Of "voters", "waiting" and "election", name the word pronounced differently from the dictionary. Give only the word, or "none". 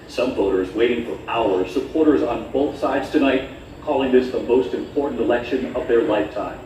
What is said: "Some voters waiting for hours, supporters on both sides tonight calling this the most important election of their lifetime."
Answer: none